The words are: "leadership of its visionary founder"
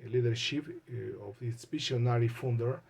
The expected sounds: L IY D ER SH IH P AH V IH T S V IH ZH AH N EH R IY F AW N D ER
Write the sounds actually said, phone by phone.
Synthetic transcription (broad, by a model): L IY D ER SH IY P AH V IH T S P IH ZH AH N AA R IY F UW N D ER